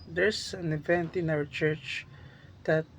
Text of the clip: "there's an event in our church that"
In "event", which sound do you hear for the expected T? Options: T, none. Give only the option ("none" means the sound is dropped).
T